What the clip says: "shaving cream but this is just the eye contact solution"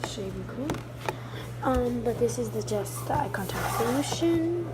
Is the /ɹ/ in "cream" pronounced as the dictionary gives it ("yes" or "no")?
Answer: no